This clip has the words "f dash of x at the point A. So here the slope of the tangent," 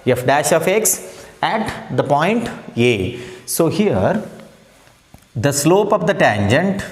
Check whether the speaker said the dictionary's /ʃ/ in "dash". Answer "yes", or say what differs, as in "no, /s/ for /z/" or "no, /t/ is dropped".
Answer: yes